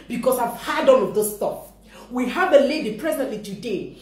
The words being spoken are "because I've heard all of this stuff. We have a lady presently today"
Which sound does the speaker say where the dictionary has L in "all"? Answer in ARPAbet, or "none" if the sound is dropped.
N